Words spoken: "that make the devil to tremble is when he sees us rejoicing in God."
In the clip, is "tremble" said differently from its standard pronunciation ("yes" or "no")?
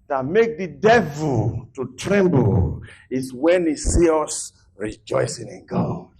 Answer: no